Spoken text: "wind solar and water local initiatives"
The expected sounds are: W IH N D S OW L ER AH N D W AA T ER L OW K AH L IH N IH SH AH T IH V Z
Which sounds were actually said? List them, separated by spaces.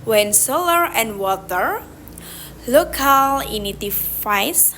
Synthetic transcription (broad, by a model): W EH N S OW L ER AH N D W AA T ER L OW K AH L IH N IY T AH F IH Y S